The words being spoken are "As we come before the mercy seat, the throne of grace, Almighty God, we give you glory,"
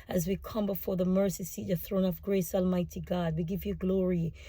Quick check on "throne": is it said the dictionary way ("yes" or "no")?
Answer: yes